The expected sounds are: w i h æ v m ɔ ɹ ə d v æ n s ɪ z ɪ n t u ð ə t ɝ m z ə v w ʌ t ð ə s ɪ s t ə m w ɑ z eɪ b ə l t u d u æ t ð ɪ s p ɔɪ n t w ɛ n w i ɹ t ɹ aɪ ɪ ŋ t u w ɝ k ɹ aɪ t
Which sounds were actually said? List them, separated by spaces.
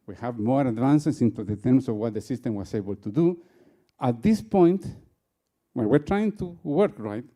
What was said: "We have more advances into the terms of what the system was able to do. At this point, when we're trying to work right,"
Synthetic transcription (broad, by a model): w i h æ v m ɔ ɹ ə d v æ n s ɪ s ɪ n t u ð ə t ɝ m s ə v w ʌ t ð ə s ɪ s t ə m w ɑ s eɪ b ə l t u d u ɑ t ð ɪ s p ɔɪ n t w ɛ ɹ w i ɹ t ɹ aɪ ɪ ŋ t u w ɝ k ɹ aɪ t